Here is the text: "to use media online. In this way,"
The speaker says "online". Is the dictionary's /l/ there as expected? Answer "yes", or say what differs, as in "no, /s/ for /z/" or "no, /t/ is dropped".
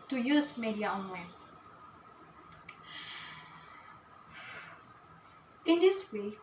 no, /w/ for /l/